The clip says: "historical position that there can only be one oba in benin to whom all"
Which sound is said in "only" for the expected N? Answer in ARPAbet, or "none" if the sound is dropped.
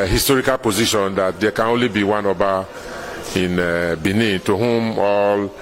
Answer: N